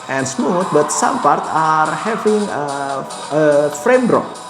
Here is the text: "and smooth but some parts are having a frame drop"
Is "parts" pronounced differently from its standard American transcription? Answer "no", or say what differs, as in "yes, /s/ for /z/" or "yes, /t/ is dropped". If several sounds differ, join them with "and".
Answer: yes, /s/ is dropped